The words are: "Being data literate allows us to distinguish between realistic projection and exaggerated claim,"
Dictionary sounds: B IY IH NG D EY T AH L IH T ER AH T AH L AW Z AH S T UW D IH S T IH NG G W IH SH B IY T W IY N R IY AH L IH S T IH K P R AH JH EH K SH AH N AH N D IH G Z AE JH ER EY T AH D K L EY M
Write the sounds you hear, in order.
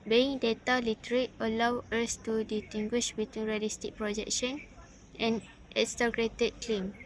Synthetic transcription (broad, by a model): B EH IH NG D EY T AH L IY T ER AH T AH L AW AH S T UW D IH T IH NG G W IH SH B IY T W IY N R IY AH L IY S T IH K P R AH JH EH K SH AH N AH N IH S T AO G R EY T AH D K L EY M